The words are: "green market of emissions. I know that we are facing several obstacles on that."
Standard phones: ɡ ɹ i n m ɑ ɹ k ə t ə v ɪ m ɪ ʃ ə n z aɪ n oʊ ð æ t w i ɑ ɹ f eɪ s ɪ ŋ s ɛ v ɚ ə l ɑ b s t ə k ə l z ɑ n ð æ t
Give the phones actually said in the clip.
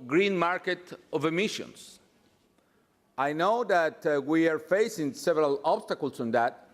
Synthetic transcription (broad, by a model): ɡ ɹ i n m ɑ ɹ k ə t ə v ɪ m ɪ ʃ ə n s aɪ n oʊ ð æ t w i ɑ ɹ f eɪ s ɪ ŋ s ɛ v ɚ ə l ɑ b s t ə k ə l s ɑ n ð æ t